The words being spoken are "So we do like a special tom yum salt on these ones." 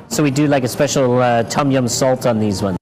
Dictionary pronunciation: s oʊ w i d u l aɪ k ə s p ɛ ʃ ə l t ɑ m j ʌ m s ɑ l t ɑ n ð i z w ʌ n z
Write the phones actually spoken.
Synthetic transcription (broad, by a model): s oʊ w i d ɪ l aɪ k ə s p ɛ ʃ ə l t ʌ m j ʌ m s ɑ l t n ð i z w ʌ n